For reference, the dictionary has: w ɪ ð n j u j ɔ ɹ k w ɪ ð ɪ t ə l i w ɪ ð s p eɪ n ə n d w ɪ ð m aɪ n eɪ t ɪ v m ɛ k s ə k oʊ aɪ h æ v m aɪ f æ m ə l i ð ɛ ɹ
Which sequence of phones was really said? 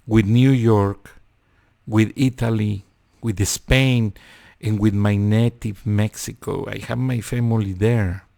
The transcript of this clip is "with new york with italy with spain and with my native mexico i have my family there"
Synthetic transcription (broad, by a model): w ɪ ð n j u j ɔ ɹ k w ɪ ð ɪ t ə l i w ɪ ð s p eɪ n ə n w ɪ ð m aɪ n eɪ t ɪ v m ɛ k s ə k oʊ aɪ h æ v m aɪ f æ m ə l i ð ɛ ɹ